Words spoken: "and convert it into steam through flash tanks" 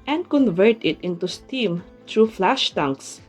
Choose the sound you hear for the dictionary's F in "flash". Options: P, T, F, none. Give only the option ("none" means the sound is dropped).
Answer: F